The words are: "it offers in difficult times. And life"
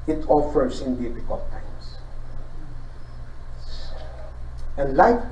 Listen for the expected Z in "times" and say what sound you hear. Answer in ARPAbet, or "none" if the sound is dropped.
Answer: S